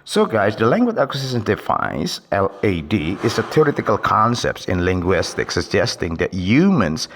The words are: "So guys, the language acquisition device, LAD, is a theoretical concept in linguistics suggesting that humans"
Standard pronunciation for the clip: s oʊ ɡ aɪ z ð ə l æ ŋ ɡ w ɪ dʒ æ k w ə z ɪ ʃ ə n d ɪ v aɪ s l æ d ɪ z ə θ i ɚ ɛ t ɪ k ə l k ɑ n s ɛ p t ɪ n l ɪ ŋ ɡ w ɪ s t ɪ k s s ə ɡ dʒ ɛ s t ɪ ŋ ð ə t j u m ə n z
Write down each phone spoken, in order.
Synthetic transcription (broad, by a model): s oʊ ɡ aɪ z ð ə l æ ŋ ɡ w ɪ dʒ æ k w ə s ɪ s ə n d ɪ f aɪ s l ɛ d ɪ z ə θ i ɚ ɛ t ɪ k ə l k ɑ n s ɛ p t ɪ n l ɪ ŋ ɡ w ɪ s t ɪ k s s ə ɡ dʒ ɛ s t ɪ ŋ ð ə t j u m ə n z